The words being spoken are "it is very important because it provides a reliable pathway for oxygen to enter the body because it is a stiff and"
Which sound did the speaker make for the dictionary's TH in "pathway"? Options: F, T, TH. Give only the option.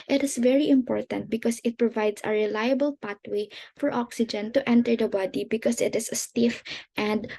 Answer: T